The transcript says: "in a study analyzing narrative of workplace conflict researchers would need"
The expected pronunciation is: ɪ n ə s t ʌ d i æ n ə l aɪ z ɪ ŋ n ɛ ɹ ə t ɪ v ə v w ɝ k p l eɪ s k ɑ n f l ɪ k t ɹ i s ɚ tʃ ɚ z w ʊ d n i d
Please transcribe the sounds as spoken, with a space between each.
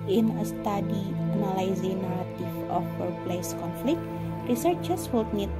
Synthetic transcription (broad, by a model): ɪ n ə s t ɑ d i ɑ n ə l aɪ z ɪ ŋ n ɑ ɹ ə t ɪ f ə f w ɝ p l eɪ s k ɑ n f l ɪ k t ɹ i s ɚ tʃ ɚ s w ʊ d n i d